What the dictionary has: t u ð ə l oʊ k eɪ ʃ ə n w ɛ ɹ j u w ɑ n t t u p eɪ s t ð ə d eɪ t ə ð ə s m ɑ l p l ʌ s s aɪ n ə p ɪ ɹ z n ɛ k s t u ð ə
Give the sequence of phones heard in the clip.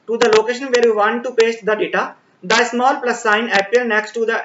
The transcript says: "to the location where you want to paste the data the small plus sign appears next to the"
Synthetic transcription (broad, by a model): t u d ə l oʊ k eɪ ʃ ə n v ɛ ɹ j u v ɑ n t t u p eɪ s t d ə d eɪ t ə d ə s m ɑ l p l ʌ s s aɪ n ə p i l n ɛ k s t u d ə